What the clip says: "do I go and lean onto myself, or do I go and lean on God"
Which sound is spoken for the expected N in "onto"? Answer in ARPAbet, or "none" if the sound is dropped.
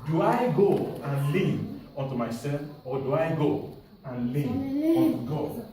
N